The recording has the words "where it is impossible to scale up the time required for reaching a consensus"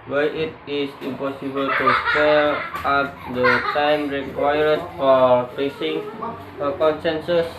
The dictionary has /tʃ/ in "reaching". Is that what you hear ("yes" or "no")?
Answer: no